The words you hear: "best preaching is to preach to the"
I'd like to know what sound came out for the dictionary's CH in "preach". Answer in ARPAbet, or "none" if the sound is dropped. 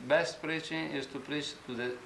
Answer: CH